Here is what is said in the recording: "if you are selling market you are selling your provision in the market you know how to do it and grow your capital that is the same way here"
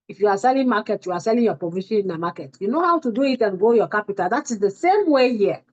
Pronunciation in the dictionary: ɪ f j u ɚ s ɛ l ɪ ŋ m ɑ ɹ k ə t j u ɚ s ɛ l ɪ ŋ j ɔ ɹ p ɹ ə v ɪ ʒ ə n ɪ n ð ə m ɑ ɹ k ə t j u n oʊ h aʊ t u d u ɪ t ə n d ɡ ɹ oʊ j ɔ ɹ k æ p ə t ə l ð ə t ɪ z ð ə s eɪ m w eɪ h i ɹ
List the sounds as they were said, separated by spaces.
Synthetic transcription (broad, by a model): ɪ f j u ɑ s ɛ l ɪ ŋ m ɑ k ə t j u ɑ s ɛ l ɪ ŋ j ɔ p ɹ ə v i ʃ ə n ɪ n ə m ɑ k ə t j u n oʊ h aʊ t u d u ɪ t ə n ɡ oʊ j ɔ k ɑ p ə t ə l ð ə t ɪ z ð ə s eɪ m w eɪ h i